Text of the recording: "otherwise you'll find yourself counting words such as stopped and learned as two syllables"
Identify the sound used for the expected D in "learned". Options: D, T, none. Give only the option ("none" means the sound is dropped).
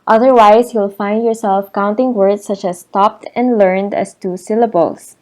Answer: D